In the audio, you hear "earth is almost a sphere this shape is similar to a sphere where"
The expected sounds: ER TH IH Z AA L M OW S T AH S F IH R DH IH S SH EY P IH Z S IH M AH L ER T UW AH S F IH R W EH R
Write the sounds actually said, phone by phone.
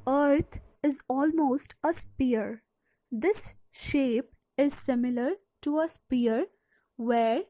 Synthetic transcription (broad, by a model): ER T IH Z AA L M OW S T AH S P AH R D IH S SH EY P IH Z S IH M AH L ER T UW AH S P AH R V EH R